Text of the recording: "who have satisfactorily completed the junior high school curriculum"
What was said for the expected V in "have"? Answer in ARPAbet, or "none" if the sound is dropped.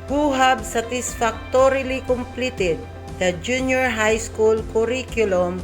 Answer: B